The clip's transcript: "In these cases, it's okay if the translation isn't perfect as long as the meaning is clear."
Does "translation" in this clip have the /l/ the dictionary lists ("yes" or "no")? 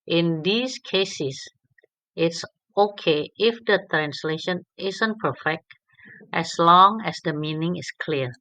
yes